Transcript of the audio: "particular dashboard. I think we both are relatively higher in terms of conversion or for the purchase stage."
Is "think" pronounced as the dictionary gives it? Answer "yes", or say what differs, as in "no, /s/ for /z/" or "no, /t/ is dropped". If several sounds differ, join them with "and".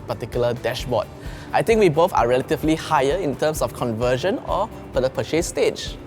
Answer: no, /t/ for /θ/